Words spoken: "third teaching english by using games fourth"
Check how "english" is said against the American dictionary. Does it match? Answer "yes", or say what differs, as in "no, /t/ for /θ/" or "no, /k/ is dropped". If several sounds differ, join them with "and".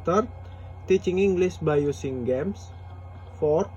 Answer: no, /s/ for /ʃ/